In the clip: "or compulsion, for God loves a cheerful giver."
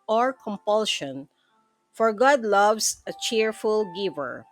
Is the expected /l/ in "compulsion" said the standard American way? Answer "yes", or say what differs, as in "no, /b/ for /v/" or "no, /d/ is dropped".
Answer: yes